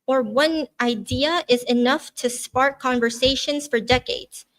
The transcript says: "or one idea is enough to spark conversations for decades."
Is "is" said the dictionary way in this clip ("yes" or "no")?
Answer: yes